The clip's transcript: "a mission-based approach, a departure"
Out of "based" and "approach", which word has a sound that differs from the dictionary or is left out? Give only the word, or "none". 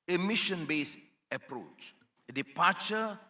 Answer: based